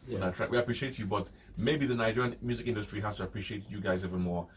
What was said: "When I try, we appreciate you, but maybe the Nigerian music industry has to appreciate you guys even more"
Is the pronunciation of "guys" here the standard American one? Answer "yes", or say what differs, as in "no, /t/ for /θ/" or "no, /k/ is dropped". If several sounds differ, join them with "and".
yes